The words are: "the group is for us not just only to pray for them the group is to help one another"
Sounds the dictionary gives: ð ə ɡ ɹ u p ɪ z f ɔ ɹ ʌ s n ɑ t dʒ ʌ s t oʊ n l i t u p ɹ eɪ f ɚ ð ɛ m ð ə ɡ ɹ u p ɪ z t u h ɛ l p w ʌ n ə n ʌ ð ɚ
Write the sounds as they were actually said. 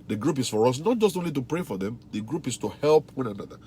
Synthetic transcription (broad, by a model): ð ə ɡ ɹ u p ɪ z f ɔ ɹ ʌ s n ɑ t dʒ ʌ s t oʊ n l i t u p ɹ eɪ f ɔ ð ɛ m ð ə ɡ ɹ u p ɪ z t u h ɛ l p w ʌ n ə n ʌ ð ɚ